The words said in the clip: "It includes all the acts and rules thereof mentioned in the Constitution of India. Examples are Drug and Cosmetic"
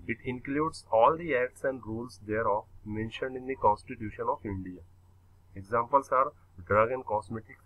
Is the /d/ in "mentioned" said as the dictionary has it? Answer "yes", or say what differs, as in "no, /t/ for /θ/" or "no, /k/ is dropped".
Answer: yes